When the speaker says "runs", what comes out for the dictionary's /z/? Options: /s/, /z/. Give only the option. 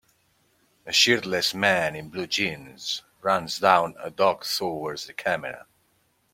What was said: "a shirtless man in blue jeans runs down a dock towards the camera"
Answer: /z/